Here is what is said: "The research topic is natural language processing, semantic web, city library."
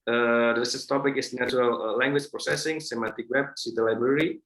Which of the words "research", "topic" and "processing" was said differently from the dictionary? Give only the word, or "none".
research